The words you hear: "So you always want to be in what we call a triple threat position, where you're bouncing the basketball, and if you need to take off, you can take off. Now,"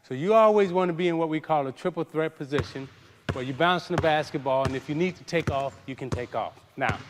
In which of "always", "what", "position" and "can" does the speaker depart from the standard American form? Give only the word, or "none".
none